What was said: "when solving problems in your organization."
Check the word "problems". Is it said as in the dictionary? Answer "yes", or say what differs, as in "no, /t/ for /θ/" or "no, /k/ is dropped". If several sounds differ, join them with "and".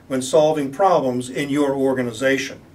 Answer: yes